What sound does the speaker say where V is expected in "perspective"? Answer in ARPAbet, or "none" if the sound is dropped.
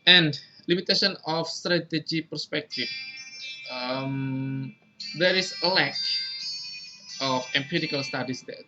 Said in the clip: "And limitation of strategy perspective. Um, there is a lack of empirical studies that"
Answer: F